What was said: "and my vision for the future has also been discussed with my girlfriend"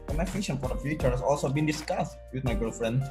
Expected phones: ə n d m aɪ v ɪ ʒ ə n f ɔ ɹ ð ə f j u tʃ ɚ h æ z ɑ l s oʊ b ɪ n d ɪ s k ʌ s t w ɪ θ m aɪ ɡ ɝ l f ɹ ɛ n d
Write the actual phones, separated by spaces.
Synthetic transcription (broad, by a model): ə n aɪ f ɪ ʃ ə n f ɔ ɹ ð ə f j u tʃ ɚ h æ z ɑ l s oʊ b ɪ n d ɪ s k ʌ s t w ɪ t m aɪ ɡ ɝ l f ɹ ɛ n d